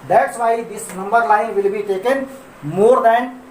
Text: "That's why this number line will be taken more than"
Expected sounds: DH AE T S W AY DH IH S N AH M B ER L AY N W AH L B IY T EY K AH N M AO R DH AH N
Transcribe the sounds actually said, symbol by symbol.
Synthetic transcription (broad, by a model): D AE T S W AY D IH S N AH M B ER L AY N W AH L B IY T EY K AH N M AO R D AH N